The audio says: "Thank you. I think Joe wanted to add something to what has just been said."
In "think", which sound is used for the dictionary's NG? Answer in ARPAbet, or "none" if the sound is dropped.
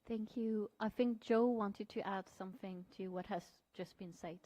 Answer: NG